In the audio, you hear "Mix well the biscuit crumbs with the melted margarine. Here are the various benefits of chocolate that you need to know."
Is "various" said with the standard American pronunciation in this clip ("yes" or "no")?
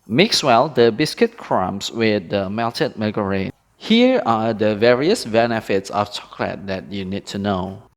yes